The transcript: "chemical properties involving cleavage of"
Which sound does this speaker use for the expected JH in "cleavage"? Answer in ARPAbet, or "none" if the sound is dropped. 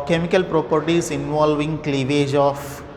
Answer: JH